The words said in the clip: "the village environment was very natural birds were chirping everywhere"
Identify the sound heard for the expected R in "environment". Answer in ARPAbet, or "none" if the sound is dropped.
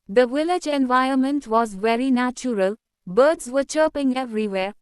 none